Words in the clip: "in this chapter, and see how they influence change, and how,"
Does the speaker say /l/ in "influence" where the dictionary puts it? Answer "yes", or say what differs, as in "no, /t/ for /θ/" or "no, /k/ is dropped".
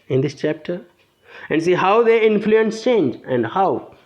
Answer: yes